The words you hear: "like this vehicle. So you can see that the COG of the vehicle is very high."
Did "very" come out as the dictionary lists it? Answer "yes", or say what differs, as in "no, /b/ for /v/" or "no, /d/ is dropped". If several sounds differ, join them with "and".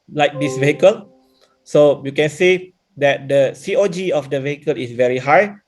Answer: yes